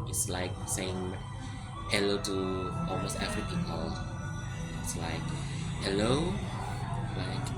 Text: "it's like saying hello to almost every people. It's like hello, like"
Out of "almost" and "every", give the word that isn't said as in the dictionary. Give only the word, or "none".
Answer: every